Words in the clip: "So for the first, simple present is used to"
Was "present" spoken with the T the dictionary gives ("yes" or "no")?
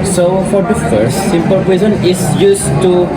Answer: no